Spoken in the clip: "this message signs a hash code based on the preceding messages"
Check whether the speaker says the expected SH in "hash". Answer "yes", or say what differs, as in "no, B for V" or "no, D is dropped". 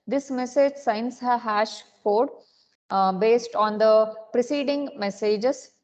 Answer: yes